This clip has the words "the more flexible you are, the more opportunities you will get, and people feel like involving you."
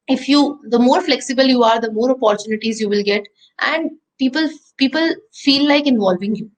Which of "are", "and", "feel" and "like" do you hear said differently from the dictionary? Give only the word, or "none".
feel